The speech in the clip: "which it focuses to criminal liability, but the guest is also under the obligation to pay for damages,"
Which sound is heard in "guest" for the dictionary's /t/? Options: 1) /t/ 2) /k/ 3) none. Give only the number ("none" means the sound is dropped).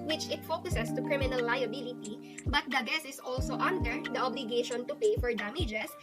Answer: 3